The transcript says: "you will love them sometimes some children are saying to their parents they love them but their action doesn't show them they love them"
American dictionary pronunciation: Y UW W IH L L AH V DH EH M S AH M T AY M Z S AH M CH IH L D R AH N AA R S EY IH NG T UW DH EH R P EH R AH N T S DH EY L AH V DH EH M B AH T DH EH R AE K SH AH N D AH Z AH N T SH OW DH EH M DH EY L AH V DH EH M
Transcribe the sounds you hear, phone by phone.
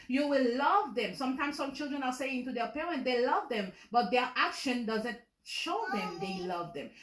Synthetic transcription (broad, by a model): Y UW W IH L L AH V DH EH M S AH M T AY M S AH M CH IH L D R AH N AA R S EY IH NG T UW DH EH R P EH R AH N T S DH EY L AH V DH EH M B AH T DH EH R AE K SH AH N D AH Z AH N T SH OW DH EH M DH EY L AH V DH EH M